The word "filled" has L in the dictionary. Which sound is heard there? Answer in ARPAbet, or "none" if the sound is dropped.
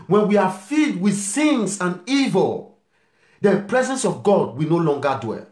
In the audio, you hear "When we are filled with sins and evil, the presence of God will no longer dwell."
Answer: none